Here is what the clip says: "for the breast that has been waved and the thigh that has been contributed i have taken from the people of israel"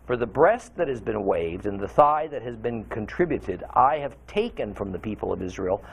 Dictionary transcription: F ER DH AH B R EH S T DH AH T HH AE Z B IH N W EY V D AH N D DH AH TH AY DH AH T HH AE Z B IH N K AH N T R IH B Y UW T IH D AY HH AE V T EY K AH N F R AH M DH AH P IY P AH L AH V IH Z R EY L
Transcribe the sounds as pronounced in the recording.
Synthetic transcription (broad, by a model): F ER DH AH B R EH S T DH AH T HH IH Z B IH N W EY V D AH N DH AH TH AY DH AH T HH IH Z B IH N K AH N T R IH B Y UW T IH D AY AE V T EY K AH N F R AH M DH AH P IY P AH L AH V IH Z R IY L